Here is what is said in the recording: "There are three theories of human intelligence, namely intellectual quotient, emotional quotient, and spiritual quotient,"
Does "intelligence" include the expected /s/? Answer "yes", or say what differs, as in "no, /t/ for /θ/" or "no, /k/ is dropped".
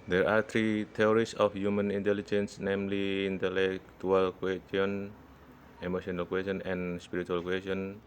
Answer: yes